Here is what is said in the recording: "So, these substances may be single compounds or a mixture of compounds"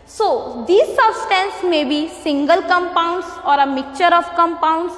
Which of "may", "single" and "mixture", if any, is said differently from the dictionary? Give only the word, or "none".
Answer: mixture